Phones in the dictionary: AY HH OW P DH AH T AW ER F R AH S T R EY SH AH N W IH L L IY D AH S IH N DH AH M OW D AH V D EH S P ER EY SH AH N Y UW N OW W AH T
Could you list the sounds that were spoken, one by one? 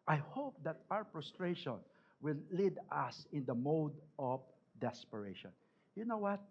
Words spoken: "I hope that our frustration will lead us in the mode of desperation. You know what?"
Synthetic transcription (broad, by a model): AY HH OW P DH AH T AW ER P R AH S T R EY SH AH N W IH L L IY D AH S IH N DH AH M OW D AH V D EH S P ER EY SH AH N Y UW N OW W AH T